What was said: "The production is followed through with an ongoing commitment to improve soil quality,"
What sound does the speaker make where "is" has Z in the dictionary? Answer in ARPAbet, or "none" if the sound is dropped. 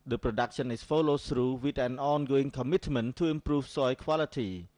S